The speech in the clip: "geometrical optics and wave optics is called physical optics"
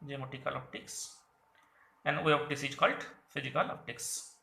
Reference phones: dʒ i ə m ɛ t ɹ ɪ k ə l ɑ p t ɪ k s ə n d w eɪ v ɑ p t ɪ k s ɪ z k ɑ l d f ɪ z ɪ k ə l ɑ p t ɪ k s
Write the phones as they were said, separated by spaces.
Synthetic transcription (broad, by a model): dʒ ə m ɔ t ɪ k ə l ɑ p t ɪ k s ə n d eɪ ɑ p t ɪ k s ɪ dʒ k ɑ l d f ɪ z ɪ k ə l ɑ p t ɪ k s